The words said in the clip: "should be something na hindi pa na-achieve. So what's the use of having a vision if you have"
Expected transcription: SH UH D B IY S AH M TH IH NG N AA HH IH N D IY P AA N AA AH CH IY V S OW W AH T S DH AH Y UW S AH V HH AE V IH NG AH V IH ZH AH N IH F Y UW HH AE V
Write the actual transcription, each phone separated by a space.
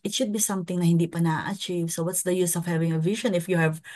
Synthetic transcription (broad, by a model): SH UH D B IY S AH M T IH NG N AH HH IH N D IY P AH N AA AH CH IY V S OW W AH T S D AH Y UW S AH V HH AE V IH NG AH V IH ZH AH N IH F Y UW HH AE V